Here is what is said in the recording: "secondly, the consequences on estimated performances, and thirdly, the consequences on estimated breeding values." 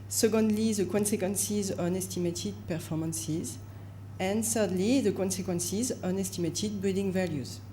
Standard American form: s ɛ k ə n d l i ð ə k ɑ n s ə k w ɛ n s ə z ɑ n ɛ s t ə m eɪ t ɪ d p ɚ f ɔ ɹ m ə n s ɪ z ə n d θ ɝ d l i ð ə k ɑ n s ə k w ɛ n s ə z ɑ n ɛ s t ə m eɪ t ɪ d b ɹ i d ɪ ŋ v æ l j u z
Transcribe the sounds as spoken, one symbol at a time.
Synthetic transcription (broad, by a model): s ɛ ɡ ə n d l i ð ə k ɑ n s ə k w ɛ n s ə z ɑ n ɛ s t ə m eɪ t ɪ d p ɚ f ɔ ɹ m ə n s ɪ z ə n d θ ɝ d l i ð ə k ɑ n s ə k w ɛ n s ə z ɑ n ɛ s t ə m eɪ t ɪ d b i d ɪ ŋ v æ l j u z